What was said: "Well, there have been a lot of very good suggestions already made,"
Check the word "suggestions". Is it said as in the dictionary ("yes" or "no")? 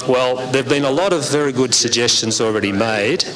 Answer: yes